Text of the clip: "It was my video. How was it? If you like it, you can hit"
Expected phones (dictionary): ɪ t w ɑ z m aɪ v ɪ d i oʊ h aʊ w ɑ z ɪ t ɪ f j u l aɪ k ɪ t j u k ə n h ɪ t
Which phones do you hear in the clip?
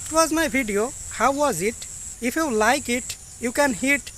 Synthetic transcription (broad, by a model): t w ɑ z m aɪ b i d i oʊ h aʊ w ɑ z ɪ t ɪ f j u l aɪ k ɪ t j u k ə n h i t